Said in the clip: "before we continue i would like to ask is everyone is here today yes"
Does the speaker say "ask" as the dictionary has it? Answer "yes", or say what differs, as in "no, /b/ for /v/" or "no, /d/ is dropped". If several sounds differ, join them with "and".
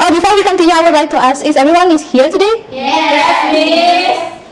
no, /k/ is dropped